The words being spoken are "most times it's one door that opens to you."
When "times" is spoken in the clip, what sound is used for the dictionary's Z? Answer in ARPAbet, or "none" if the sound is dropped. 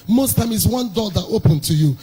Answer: none